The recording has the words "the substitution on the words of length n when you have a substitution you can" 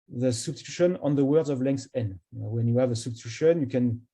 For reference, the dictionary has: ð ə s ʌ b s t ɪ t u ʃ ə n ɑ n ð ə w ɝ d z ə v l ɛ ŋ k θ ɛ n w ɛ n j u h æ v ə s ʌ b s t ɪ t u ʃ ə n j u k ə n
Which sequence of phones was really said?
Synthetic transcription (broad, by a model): ð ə s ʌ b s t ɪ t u ʃ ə n ɑ n ð ə w ɝ d z ə v l ɛ ŋ k θ ɛ n w ɛ n j u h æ v ə s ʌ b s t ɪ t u ʃ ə n j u k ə n